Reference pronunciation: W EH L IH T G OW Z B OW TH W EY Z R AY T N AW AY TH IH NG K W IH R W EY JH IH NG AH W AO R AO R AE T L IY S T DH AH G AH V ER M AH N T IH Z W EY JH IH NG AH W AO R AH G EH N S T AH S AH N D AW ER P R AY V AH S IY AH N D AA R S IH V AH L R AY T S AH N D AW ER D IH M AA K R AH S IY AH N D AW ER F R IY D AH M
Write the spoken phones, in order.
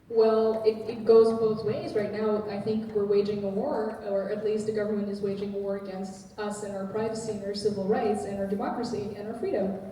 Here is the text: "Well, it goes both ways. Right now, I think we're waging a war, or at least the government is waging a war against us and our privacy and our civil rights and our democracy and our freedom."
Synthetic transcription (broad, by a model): W EH L IH T G OW Z B OW TH W EY Z R AY T N AW AY TH IH NG K W IH R W EY JH IH NG AH W AO R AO R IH T L IY S T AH G AH V ER M AH N T IH Z W EY JH IH NG AH W AO R AH G EH N S T AH S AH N AW ER P R AY V AH S IY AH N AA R S IH V L R AY T S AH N AW ER D IH M AA K R AH S IY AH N AW ER F R IY D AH M